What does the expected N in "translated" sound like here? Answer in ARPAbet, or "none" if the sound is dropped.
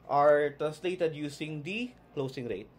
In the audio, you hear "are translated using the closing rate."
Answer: none